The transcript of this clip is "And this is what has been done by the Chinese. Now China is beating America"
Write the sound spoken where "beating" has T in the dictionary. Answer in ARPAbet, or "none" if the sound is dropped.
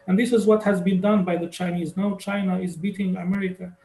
T